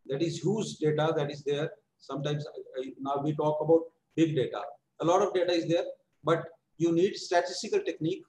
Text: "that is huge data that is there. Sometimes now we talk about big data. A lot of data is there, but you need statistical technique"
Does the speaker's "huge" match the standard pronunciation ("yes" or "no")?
no